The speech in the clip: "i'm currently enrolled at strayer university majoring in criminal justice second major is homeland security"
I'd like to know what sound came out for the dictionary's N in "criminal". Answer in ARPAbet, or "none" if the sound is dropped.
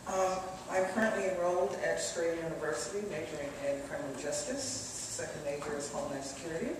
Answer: none